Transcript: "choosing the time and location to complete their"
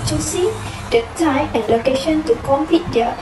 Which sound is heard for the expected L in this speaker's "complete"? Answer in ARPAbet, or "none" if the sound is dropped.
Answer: none